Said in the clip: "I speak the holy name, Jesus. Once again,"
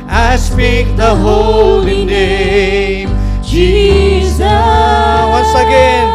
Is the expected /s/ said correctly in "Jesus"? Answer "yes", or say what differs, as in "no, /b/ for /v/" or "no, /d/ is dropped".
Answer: no, /s/ is dropped